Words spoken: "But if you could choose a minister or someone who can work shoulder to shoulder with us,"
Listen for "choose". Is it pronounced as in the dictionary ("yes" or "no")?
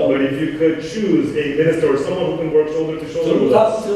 yes